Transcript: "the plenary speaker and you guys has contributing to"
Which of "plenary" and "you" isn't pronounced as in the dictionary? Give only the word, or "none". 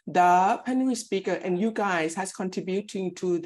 plenary